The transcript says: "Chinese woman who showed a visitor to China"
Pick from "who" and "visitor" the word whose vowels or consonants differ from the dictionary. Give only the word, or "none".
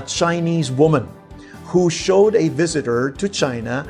none